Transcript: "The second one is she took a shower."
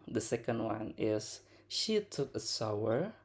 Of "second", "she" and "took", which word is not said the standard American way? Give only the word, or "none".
none